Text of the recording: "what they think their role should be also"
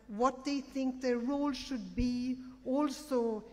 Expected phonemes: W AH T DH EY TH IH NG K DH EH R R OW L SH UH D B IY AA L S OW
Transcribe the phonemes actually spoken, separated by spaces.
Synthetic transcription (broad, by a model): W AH T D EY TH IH NG K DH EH R R OW L SH UH D B IY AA L S OW